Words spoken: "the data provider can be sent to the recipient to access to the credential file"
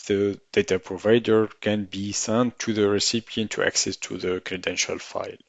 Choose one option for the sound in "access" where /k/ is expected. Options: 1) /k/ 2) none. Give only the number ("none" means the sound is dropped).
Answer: 1